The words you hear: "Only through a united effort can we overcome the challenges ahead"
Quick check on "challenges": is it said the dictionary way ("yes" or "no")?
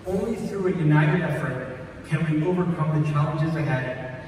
yes